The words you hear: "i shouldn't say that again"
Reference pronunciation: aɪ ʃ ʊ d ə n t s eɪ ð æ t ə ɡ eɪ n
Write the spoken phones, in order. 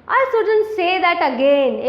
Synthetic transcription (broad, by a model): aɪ s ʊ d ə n s eɪ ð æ t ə ɡ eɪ n